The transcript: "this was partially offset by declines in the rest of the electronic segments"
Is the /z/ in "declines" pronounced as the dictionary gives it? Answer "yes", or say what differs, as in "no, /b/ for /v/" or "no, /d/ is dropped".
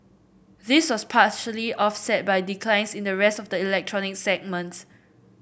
no, /s/ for /z/